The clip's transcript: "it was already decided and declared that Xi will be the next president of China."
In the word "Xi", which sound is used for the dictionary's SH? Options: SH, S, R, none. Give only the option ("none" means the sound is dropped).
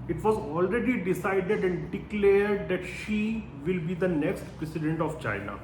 SH